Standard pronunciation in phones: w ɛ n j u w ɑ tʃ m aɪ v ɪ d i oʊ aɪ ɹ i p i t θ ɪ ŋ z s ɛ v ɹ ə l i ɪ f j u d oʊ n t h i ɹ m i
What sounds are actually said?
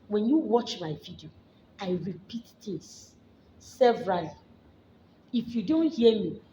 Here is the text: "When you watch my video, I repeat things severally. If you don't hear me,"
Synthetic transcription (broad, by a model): w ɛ n j u w ɑ tʃ m aɪ v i d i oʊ aɪ ɹ i p i t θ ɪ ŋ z s ɛ v ɹ ə l i ɪ f j u d oʊ n t h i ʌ m i